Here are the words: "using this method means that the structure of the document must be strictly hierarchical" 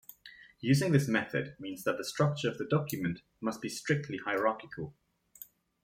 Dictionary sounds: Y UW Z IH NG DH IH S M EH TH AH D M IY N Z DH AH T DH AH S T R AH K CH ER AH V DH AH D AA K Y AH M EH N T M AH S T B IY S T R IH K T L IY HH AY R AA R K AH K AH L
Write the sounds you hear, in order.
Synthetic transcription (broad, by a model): Y UW Z IH NG DH IH S M EH TH AH D M IY N Z DH AH T DH AH S T R AH K CH ER AH V DH AH D AA K Y AH M EH N T M AH S T B IY S T R IH K T L IY HH AY R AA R K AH K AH L